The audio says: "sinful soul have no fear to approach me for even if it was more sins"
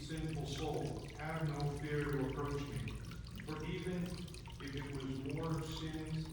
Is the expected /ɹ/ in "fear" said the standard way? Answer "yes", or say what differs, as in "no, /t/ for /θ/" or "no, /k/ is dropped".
yes